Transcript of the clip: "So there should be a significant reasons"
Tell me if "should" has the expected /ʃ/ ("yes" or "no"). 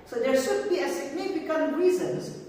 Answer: yes